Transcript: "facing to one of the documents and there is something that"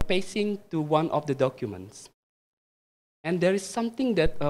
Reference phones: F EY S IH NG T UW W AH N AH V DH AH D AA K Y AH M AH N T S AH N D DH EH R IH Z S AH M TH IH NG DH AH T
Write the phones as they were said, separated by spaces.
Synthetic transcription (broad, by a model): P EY S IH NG T UW W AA N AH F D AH D AA K Y AH M AH N T S AH N D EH R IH S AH M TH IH NG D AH T